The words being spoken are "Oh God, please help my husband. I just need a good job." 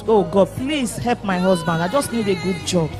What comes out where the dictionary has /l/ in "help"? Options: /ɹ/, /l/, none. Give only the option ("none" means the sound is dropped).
/l/